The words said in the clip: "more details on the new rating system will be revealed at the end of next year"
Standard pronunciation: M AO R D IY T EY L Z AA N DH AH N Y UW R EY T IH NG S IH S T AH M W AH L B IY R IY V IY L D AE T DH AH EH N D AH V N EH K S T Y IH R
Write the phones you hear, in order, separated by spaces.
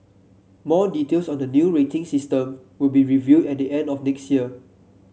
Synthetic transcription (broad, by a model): M AO D IY T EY L S AA N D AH N Y UW R EY T IH NG S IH S T AH M W AH L B IY R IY V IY D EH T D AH EH N D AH F N EH K S T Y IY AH